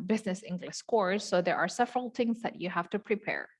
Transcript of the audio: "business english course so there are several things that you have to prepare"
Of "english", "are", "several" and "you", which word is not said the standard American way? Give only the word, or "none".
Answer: english